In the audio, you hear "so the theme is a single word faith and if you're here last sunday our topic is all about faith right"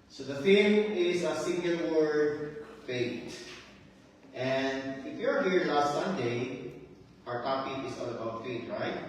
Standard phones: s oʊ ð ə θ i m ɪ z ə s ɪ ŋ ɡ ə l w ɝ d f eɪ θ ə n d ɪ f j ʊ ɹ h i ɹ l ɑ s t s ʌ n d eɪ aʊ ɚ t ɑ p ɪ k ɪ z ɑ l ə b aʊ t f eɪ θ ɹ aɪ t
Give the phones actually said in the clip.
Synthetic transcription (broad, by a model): s oʊ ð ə f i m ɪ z ə s ɪ ŋ ɡ ə l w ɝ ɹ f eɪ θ ə n d ɪ f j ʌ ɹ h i ɹ l ɑ s t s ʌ n d eɪ aʊ ɚ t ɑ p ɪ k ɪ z ɑ l ə b aʊ t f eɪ t ɹ aɪ t